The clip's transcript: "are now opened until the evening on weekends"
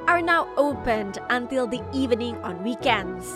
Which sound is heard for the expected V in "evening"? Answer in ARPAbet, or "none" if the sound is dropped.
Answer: V